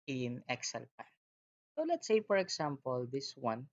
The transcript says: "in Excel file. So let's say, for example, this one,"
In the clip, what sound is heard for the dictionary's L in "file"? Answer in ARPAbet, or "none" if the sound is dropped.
N